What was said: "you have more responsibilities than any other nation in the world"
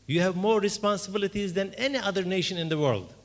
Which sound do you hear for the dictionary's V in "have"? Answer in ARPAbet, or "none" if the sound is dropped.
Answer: V